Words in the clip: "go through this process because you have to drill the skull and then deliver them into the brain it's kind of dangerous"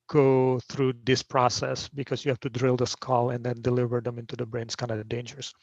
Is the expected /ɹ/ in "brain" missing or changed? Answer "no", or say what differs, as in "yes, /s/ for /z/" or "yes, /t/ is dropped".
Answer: no